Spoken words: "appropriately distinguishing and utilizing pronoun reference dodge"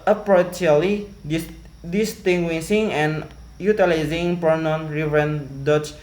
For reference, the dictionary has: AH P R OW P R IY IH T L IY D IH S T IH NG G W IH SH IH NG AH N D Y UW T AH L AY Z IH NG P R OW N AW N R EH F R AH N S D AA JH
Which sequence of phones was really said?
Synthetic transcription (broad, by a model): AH P R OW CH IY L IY D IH S T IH NG G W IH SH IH NG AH N Y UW T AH L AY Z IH NG P OW N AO N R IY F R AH N D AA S